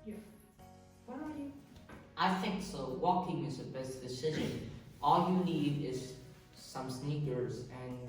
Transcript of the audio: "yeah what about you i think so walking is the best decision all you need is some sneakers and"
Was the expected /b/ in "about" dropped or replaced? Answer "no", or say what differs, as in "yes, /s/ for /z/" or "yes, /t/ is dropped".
yes, /b/ is dropped